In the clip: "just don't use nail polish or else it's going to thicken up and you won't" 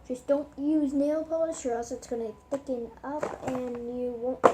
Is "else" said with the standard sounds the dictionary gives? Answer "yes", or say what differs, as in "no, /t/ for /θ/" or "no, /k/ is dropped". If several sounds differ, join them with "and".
no, /l/ is dropped